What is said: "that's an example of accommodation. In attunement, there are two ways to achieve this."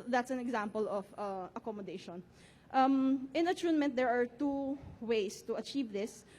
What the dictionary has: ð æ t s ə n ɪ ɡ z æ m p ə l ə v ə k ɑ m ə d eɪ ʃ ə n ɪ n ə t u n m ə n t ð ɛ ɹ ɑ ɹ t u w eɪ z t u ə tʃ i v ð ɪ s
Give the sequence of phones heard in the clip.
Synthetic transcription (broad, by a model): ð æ t s ə n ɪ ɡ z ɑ m p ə l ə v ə k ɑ m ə d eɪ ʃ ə n ɪ n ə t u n m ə n t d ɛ ɹ ɑ ɹ t u w eɪ s t u ə tʃ i v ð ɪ s